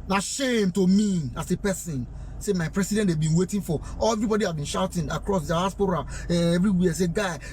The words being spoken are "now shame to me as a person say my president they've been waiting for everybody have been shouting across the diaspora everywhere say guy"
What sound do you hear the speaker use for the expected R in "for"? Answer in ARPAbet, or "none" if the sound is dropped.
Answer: L